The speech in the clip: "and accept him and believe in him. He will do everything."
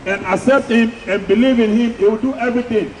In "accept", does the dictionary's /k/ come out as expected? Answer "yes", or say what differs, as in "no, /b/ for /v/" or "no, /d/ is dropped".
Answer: no, /k/ is dropped